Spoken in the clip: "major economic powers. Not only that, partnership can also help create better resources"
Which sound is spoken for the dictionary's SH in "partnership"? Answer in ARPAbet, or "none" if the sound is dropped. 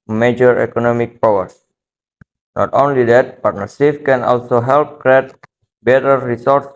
S